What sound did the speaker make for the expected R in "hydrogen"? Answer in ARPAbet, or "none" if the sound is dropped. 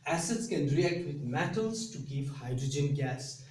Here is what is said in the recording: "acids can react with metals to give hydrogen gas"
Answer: R